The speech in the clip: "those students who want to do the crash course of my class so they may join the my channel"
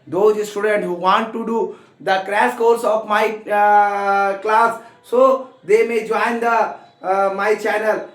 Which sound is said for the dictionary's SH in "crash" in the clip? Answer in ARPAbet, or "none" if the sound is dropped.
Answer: S